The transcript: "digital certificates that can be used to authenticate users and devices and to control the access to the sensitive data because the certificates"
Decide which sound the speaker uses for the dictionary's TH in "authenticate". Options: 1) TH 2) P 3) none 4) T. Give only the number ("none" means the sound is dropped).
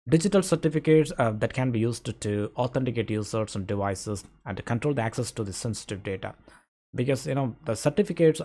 4